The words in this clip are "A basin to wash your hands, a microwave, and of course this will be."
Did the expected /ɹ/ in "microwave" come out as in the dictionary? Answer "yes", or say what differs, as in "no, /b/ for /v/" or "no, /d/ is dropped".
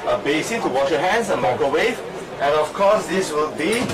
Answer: no, /ɹ/ is dropped